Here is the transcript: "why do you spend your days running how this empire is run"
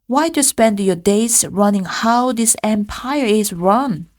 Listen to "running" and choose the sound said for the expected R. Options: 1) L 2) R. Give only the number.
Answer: 2